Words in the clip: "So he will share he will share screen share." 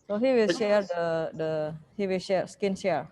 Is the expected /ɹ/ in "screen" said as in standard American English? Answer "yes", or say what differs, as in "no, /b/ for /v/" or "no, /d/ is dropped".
no, /ɹ/ is dropped